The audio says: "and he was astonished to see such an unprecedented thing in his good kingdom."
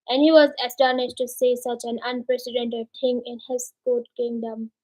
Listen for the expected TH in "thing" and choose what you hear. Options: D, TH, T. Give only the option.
T